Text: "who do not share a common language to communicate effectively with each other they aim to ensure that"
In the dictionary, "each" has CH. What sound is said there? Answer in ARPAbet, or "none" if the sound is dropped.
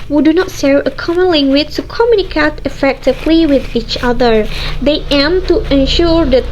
CH